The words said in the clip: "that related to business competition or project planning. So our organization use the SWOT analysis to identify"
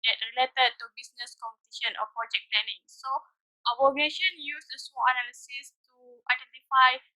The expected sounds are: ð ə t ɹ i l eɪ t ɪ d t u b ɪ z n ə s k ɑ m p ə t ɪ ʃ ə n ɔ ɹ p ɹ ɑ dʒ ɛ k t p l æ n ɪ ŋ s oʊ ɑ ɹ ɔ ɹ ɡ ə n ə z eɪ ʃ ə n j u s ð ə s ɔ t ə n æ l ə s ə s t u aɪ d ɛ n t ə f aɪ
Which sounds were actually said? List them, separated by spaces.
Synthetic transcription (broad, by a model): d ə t ɹ i l eɪ t ɪ d t u b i s n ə s k ɑ m p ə t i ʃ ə n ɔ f p ɹ ɑ dʒ ɛ k t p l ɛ n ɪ ŋ s oʊ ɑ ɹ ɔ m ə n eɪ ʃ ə n j u s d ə s ɔ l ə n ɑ l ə s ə s t u aɪ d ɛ n t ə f aɪ